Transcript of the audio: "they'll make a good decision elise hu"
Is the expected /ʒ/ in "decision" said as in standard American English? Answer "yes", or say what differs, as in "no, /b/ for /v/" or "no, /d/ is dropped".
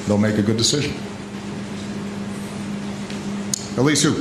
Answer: yes